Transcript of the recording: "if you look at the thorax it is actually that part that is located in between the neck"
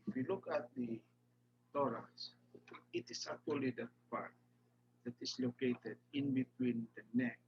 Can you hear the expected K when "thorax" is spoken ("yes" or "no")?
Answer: no